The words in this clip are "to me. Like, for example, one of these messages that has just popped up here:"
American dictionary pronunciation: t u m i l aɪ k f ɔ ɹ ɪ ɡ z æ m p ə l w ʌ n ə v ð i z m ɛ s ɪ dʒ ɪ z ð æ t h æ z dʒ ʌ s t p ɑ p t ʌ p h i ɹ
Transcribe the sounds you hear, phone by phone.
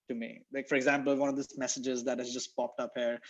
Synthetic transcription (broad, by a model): t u m i l aɪ k f ɔ ɹ ɪ ɡ z æ m p ə l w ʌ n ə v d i s m ɛ s ɪ dʒ ɪ z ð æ t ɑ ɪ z dʒ ʌ s t p ɑ p t ʌ p h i ɹ